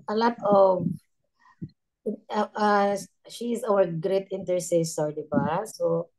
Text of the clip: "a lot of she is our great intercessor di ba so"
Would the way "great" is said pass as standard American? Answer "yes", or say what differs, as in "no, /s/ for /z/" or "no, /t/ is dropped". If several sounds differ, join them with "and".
yes